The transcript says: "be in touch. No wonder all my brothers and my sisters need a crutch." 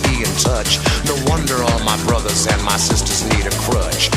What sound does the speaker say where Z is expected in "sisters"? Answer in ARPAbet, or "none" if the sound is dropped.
Z